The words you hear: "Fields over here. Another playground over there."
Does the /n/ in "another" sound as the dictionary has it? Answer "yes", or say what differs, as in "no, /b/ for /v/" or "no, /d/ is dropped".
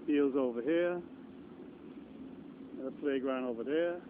no, /n/ is dropped